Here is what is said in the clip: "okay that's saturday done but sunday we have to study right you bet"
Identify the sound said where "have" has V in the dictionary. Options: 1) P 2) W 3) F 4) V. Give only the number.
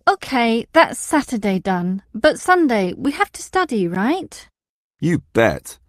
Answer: 3